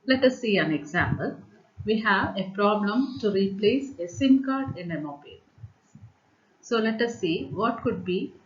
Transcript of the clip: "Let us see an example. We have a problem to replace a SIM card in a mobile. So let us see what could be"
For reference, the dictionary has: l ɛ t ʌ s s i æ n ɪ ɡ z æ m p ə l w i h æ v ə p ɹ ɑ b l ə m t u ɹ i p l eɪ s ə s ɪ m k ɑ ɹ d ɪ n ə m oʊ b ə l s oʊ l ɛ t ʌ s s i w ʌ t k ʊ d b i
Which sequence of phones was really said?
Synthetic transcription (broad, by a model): l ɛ t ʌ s s i æ n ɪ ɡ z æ m p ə l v i h æ v ə p ɹ ɑ b l ə m t u ɹ i p l eɪ s ə s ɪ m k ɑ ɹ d ɪ n ə m oʊ b ə l s oʊ l ɛ t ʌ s s i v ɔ t k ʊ d b i